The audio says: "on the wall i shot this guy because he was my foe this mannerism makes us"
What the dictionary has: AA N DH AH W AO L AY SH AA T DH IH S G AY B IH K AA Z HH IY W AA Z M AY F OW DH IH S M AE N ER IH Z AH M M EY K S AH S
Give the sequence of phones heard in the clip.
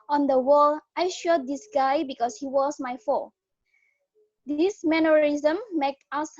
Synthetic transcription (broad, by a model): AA N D AH W AO L AY SH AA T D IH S G AY B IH K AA S HH IY W AA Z M AY F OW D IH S M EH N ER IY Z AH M M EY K AA S